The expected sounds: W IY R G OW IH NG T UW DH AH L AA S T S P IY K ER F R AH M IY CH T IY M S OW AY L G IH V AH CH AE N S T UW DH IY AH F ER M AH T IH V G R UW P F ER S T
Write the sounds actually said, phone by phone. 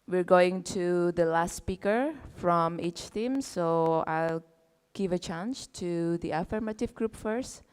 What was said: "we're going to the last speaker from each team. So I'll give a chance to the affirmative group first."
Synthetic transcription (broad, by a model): W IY R G OW IH NG T UW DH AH L AA S T S P IY K ER F R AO M IY CH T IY M S OW AY L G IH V AH CH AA N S T UW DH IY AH F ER M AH T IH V G R UW P F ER S T